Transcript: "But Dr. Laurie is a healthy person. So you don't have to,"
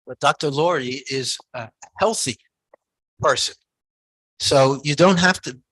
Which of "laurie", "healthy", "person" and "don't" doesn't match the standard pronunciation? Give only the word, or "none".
none